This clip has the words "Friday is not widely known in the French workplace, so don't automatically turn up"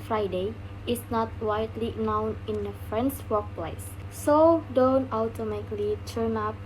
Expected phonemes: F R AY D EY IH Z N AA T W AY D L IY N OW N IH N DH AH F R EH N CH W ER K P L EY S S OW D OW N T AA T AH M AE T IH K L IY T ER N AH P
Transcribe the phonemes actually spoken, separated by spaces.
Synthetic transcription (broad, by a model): F R AY D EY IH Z N AA T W AY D L IY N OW N IH N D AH F R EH N S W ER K P L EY S S OW D OW N T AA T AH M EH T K L IY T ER N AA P